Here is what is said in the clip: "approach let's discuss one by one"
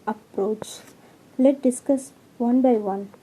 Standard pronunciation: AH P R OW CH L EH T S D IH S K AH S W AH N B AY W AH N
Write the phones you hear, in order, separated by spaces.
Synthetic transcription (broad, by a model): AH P R OW CH L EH T D IH S K AH S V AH N B AY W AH N